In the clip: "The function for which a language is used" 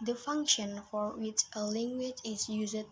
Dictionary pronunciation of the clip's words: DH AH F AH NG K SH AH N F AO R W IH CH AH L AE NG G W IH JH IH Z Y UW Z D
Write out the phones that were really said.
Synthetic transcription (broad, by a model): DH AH F AH NG K SH AH N F AO R W IH CH AH L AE NG G W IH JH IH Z Y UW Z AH